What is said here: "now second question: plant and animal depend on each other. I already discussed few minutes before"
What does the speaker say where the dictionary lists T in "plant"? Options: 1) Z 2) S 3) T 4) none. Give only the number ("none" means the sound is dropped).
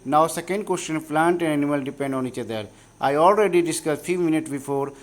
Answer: 3